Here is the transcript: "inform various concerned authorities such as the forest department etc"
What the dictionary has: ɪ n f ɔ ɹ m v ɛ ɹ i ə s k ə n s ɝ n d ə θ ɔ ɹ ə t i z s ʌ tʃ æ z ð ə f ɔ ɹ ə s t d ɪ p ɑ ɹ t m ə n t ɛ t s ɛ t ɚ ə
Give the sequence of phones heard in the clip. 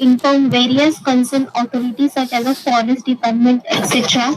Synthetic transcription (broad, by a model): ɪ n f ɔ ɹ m v ɛ ɹ i ə s k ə n s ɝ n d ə t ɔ ɹ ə t i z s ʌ tʃ æ z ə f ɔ l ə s d ɪ p ɑ ɹ t m ə n t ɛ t s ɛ t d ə